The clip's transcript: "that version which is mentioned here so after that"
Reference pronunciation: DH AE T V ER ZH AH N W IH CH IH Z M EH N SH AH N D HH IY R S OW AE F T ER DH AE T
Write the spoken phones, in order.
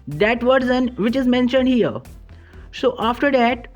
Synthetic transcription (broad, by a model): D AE T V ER Z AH N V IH CH IH Z M EH N SH AH N D HH IY R S OW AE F T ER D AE T